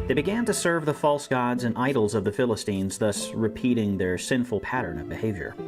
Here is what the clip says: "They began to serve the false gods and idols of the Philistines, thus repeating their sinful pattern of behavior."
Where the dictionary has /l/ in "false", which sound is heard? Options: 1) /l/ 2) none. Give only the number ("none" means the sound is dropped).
1